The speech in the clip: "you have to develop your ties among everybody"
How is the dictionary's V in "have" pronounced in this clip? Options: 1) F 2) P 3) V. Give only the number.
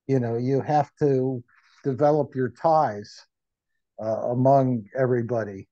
1